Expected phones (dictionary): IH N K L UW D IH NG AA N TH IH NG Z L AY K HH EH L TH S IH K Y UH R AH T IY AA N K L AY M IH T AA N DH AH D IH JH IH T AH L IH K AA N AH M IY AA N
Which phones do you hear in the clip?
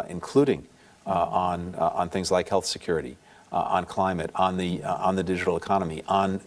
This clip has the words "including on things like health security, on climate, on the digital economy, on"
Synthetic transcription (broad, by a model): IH N K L UW D IH NG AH N TH IH NG Z L AY K HH EH L TH S IH K Y UH R AH T IY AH N K L AY M IH T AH N DH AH D IH JH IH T L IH K AA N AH M IY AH N